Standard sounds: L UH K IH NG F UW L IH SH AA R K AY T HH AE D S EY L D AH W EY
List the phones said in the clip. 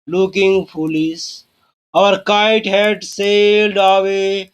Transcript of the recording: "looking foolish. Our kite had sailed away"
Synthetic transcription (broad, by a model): L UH K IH NG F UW L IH S AA R K AY T HH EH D S EY L D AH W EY